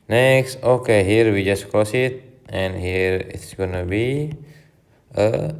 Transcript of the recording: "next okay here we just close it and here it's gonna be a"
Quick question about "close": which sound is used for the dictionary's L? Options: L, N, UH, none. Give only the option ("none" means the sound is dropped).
none